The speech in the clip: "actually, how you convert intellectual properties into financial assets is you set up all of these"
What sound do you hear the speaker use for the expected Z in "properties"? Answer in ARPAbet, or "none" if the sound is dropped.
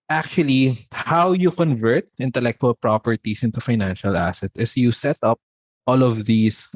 S